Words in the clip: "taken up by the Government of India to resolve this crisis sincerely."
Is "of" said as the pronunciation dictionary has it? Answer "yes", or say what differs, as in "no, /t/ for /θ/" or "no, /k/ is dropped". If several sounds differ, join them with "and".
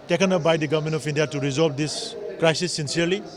no, /p/ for /v/